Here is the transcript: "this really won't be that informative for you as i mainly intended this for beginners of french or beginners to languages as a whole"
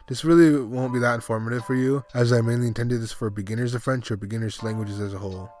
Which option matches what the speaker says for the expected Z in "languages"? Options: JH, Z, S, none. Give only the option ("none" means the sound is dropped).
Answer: Z